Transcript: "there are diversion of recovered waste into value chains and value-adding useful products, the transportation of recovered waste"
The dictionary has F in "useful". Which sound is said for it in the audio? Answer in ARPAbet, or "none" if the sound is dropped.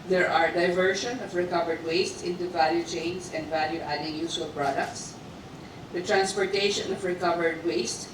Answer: none